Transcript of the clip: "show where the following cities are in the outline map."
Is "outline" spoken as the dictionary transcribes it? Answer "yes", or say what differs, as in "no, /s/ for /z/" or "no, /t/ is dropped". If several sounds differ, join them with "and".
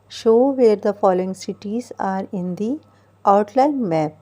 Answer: no, /l/ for /n/